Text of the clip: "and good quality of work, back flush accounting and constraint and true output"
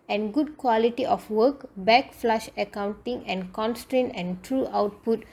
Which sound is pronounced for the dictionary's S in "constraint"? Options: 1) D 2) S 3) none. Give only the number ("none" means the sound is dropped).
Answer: 2